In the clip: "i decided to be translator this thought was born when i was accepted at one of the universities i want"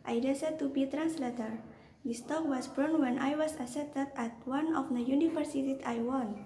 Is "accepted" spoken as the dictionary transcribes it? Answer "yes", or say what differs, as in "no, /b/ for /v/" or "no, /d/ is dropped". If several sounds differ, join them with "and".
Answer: no, /k/ is dropped and /p/ is dropped